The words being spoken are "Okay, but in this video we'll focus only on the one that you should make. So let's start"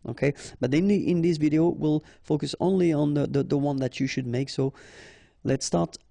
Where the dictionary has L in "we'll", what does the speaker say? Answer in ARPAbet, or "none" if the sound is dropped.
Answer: L